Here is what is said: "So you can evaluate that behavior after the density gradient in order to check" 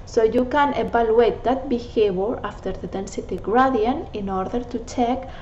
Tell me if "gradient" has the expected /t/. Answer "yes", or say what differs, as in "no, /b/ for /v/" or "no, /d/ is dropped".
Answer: no, /t/ is dropped